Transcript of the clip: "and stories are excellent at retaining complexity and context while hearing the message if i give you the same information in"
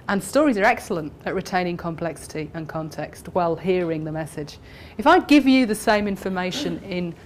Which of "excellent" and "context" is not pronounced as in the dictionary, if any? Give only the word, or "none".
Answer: none